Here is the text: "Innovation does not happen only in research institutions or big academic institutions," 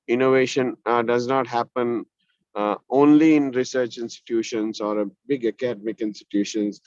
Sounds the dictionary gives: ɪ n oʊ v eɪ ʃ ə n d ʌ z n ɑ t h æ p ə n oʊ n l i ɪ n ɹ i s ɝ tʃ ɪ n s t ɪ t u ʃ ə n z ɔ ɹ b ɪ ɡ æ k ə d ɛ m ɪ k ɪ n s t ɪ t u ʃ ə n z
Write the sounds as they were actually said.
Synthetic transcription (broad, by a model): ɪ n oʊ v eɪ ʃ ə n d ʌ z n ɑ t h æ p ə n oʊ n l i ɪ n ɹ i s ɝ tʃ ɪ n s t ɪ t u ʃ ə n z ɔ ɹ b ɪ ɡ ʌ k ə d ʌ m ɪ k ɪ n s t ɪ t u ʃ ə n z